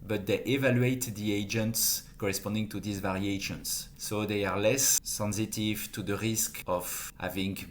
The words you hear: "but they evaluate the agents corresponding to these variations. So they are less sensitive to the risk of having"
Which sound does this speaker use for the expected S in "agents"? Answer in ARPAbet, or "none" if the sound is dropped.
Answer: S